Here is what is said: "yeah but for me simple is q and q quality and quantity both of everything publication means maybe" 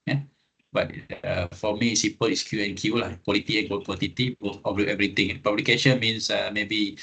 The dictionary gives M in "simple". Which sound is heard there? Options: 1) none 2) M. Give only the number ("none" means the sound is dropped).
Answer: 1